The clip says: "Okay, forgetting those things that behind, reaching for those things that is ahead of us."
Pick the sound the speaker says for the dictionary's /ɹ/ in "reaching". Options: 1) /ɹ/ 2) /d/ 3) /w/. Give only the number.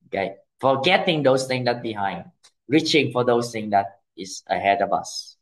1